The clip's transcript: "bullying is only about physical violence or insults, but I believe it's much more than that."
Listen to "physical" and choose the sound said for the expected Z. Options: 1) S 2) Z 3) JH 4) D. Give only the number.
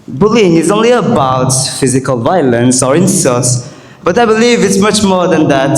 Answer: 2